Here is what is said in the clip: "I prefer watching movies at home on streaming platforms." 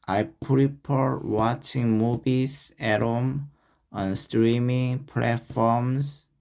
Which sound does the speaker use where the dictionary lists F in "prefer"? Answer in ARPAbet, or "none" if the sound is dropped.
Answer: P